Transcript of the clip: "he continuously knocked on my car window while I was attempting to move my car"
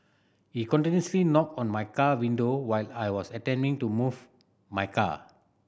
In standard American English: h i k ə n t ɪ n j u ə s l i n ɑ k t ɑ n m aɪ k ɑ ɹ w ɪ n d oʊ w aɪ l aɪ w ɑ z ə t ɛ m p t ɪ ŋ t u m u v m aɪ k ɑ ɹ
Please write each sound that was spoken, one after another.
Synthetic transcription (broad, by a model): h i k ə n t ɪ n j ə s l i n ɑ k ɑ n m aɪ k ɑ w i n d oʊ w aɪ l aɪ w ɑ s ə t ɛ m t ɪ ŋ t u m u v m aɪ k ɑ